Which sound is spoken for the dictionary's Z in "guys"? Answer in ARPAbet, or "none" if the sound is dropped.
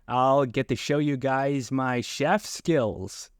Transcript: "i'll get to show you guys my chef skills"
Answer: Z